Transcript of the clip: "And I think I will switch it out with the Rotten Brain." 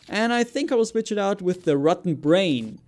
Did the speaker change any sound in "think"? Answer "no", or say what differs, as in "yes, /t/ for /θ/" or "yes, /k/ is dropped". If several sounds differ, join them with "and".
no